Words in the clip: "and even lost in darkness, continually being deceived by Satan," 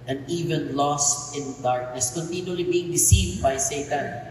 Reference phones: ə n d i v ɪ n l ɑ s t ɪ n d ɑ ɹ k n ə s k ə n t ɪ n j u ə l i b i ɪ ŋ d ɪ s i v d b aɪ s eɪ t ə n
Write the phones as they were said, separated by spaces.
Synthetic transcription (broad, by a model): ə n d i v ɪ n l ɑ s t ɪ n d ɑ ɹ k n ə s k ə n t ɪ n j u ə l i b i ɪ ŋ d ɪ s i v d b aɪ s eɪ t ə n